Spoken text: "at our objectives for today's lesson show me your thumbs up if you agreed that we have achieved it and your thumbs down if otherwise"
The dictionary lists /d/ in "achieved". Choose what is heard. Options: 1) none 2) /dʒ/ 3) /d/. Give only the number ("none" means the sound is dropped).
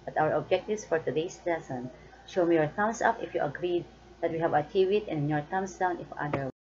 1